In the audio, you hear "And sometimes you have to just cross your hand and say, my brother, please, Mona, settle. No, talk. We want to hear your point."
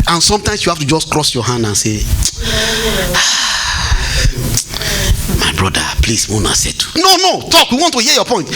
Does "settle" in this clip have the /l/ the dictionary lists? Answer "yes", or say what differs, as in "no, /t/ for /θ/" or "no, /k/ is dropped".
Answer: no, /n/ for /l/